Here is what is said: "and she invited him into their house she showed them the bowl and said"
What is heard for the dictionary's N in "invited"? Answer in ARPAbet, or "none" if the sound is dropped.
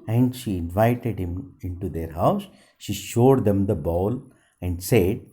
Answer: N